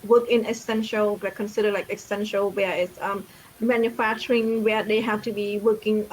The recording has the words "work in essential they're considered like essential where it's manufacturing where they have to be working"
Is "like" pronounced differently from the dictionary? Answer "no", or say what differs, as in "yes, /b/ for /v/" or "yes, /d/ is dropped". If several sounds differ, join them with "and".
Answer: no